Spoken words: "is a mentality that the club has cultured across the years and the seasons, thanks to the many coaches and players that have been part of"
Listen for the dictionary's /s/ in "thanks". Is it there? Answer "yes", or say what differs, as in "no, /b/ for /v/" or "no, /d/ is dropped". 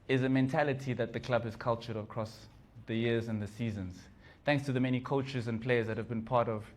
yes